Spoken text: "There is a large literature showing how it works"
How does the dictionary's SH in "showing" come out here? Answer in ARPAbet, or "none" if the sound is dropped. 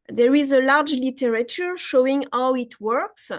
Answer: SH